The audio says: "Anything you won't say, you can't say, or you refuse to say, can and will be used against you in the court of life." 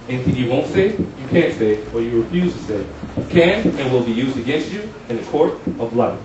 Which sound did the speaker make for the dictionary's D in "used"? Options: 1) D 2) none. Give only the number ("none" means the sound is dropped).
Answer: 1